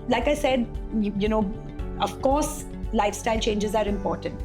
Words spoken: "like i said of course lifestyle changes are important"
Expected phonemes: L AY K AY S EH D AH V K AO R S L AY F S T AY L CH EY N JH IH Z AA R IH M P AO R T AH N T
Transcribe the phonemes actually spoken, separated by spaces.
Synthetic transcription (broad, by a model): L AY K AY S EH D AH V K AO R S L AY F S T AY L CH EY N JH IH Z AA R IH M P AO R T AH N T